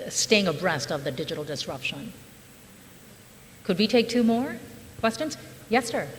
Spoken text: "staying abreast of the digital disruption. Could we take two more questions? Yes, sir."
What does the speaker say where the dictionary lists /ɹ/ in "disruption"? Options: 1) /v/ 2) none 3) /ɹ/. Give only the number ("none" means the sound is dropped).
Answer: 3